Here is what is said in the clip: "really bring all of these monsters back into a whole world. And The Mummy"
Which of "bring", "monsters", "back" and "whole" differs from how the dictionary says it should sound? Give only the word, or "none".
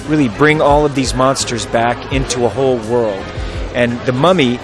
none